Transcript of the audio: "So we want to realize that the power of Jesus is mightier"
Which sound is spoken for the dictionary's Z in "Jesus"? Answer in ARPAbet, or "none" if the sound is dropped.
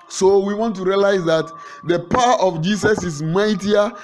S